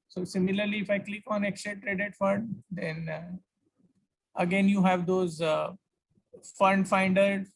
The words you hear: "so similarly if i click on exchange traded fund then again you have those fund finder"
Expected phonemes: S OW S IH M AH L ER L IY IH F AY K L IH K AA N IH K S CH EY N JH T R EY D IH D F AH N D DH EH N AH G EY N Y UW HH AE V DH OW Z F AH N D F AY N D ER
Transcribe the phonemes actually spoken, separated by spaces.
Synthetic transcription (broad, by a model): S OW S IH M AH L ER L IY IH F AY K L IH K AA N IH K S EY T R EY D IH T F AH N D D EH N AH G EY N Y UW HH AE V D OW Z F AH N D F AY N D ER